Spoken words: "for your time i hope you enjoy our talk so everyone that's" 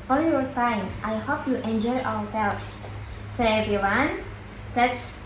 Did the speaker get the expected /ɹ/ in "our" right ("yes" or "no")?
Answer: no